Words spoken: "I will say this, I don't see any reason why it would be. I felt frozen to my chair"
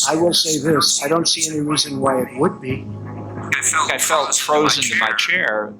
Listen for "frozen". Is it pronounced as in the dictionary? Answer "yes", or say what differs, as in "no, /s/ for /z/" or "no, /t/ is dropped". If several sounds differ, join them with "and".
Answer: yes